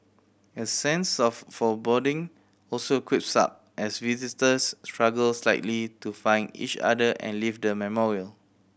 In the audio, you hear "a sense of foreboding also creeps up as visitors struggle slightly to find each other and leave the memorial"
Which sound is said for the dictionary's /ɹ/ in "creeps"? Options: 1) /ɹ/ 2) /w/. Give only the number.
2